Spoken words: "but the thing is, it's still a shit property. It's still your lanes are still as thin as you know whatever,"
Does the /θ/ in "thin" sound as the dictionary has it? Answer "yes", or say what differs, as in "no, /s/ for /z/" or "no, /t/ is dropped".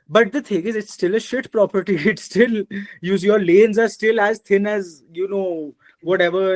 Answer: no, /t/ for /θ/